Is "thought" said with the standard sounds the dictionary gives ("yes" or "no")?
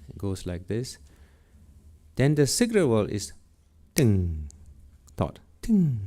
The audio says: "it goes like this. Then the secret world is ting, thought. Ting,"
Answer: no